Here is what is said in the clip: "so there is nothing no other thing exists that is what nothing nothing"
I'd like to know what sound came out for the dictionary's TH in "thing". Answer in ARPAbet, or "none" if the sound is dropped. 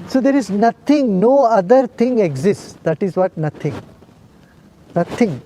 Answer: T